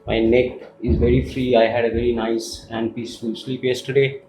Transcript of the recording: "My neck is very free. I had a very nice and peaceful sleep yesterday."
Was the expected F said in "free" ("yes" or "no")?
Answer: yes